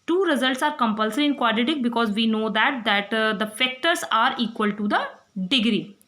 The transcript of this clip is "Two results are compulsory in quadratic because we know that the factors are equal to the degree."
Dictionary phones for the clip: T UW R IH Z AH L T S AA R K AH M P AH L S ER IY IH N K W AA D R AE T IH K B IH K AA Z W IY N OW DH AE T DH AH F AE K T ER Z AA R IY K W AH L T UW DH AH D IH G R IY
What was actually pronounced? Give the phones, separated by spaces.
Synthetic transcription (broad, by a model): T UW R IH Z AH L T S AA R K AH M P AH L S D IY IH N K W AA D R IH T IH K B IH K AA Z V IY N OW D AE T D AH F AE K T ER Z AA R IY K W AH L T UW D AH D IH G R IY